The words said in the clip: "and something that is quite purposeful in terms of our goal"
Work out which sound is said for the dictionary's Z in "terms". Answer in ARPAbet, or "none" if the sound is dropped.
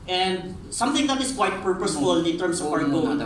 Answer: S